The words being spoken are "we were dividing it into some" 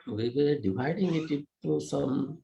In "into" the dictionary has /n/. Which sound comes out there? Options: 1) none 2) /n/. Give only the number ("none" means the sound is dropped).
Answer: 1